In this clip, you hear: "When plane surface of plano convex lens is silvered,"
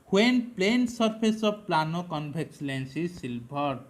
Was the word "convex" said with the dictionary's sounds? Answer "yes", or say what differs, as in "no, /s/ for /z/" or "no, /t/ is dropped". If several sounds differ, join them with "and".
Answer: no, /b/ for /v/